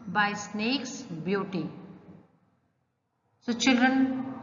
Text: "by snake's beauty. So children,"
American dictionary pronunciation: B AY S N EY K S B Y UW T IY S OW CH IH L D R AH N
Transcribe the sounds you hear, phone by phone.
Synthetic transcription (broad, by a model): B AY S N EY K S B Y UW T IY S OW CH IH L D R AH N